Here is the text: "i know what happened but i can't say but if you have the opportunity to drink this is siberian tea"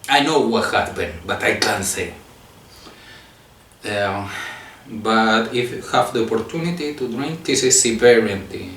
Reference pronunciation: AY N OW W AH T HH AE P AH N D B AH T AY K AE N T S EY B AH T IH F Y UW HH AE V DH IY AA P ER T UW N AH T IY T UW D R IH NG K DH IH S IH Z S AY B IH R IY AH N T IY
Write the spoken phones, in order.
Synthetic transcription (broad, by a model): AY N OW W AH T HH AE B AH N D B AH T AY K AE N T S EY B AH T IH F Y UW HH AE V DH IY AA P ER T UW N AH T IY T UW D R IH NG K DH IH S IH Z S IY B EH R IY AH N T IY